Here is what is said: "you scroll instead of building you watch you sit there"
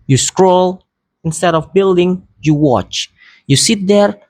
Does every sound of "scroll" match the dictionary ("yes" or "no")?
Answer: yes